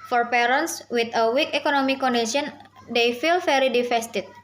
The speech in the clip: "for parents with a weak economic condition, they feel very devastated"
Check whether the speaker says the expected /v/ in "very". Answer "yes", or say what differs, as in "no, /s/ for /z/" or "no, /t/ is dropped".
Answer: no, /f/ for /v/